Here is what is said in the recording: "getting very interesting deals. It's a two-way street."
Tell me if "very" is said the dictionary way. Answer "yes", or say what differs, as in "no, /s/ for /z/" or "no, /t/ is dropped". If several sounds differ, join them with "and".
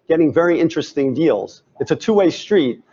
yes